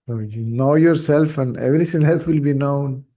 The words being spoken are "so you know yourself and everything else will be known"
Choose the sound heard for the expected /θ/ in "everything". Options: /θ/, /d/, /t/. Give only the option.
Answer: /t/